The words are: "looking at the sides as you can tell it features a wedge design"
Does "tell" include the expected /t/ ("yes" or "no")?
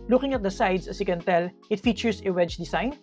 yes